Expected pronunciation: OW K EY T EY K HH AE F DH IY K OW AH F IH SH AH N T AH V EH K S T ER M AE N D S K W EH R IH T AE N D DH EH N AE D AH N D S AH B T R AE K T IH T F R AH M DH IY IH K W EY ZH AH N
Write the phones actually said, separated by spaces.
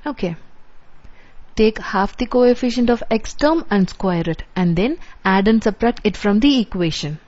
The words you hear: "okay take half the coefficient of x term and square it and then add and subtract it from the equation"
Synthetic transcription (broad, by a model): OW K EY T EY K HH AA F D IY K OW AH F IH SH AH N T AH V EH K S T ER M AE N D S K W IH R IH T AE N D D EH N AE D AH N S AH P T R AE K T IH T F R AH M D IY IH K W EY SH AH N